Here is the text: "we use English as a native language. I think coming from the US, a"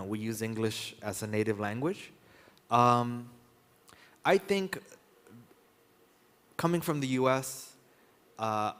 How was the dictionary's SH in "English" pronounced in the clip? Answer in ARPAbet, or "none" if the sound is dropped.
SH